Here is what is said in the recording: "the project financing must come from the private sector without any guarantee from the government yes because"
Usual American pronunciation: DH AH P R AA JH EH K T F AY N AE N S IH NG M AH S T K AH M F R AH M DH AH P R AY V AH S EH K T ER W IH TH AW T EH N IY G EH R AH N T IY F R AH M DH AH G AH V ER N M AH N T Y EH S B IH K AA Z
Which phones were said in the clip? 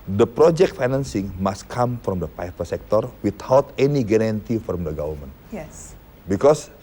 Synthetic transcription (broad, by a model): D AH P R AA JH EH K T F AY N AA N S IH NG M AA S T K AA M F R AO M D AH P AY F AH S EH K T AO W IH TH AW T EH N IY G EH R AH N T IY F R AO M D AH G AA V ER L M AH N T Y EH S B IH K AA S